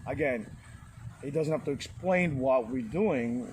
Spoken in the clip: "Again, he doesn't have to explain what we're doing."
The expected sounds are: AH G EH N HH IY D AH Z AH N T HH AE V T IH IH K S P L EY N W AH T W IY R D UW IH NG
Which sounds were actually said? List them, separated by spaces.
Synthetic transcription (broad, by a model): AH G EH N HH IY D AH Z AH N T HH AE F T IH IH K S P L EY N W AH T W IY R D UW IH NG